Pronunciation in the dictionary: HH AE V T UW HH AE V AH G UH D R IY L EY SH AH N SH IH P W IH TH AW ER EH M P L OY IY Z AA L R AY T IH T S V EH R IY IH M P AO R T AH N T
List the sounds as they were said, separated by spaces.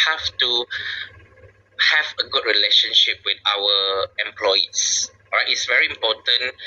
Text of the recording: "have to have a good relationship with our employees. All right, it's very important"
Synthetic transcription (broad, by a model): HH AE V T UW HH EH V AH G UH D R IY L EY SH AH N SH IH P W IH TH AW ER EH M P L OY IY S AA R AY T IH T S V EH R IY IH M P AO T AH N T